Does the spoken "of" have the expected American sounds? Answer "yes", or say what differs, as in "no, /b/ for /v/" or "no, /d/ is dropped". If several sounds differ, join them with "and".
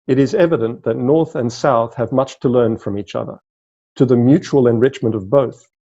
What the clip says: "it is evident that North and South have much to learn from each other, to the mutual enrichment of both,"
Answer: yes